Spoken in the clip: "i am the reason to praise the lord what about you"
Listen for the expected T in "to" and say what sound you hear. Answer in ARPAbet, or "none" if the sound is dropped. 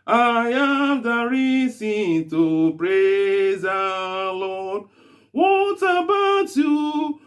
T